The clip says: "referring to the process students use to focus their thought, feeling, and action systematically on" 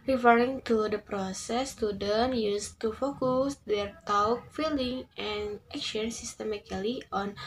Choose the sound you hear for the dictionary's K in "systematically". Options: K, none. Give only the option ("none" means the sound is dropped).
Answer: none